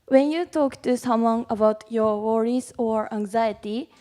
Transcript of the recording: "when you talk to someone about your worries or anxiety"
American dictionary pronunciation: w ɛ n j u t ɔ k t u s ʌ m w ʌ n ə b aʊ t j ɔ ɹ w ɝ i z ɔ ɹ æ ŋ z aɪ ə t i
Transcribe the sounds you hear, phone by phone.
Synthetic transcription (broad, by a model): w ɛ n j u t ɔ k t u s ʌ m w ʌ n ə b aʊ t j ɔ ɹ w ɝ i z ɔ ɹ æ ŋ z aɪ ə t i